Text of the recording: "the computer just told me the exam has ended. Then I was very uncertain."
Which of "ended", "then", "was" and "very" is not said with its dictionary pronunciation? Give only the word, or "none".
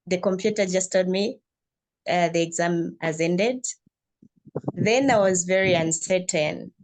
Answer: none